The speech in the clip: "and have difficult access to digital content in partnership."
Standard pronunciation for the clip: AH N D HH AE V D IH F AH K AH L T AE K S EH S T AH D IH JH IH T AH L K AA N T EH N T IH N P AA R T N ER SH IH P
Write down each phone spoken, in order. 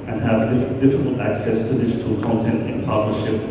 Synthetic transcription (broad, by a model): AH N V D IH F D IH F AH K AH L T AE K S EH S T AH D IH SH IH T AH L K AA N T EH N T IH N P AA R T N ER SH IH P